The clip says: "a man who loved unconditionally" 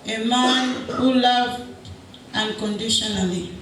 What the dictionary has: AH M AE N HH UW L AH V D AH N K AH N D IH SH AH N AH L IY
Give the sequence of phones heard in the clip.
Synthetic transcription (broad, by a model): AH M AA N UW L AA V AH N K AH N D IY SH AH N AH L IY